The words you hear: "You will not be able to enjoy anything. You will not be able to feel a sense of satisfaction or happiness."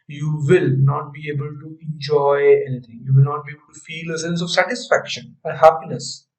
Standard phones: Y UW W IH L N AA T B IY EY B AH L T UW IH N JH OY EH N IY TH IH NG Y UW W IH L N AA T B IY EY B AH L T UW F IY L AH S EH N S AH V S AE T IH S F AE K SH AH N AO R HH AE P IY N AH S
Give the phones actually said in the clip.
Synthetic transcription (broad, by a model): Y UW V IH L N AA T B IY EY B AH L T UW IH N JH OY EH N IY T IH NG Y UW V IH L N AA T B IY EY B AH L T UW F IY L AH S EH N S AH V S AE T IH S F AE K SH AH N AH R HH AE P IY N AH S